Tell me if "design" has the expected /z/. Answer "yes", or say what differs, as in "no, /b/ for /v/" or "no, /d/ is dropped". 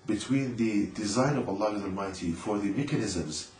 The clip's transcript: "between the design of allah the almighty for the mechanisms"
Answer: yes